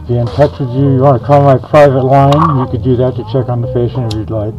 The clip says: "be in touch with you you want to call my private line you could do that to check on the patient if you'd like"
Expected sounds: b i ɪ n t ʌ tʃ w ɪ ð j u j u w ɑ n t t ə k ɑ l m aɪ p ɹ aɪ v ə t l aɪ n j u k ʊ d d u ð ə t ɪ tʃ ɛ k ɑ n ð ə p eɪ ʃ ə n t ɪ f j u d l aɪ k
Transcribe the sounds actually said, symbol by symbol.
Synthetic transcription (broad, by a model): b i ɪ n t ʌ tʃ w ɪ ð j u j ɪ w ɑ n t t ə k ɑ l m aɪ p ɹ aɪ v ə t l aɪ n j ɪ k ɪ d d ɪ ð ə t ɪ tʃ ɛ k n ð ə f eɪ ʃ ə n ɪ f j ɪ l aɪ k